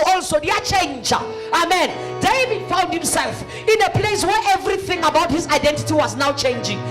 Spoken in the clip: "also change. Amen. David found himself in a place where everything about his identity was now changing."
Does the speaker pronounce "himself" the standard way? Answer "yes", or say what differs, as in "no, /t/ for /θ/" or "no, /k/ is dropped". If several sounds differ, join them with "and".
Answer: yes